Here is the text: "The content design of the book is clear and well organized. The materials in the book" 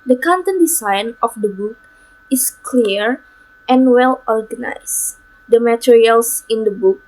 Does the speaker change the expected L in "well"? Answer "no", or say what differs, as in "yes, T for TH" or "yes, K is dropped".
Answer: no